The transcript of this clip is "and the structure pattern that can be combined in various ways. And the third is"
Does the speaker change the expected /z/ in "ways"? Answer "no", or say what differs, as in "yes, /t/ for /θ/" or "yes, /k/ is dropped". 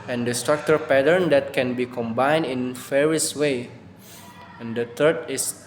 yes, /z/ is dropped